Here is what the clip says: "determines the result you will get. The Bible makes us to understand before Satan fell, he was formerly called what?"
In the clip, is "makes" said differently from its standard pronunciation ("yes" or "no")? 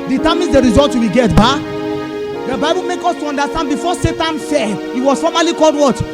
yes